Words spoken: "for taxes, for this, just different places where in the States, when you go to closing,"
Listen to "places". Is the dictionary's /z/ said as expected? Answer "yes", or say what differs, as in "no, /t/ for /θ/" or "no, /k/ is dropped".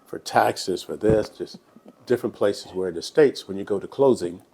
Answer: yes